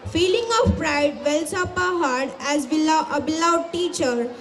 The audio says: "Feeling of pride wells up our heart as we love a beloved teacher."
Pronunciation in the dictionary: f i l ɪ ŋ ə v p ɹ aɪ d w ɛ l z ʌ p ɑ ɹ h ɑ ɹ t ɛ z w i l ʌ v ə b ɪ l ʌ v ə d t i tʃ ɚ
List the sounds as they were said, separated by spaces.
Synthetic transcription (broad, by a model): f i l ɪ ŋ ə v p ɹ aɪ d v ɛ l s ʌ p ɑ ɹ h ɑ ɹ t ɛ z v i l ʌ ə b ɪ l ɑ ə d t i tʃ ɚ